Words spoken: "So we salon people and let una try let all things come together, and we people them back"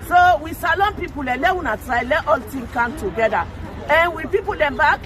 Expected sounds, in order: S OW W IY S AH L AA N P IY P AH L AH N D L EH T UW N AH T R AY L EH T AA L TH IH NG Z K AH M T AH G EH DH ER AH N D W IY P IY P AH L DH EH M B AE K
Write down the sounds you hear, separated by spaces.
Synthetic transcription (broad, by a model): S OW W IY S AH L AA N P IY P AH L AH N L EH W UW N AH T R AY L EH T AA L T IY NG K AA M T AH G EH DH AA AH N W IY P IY P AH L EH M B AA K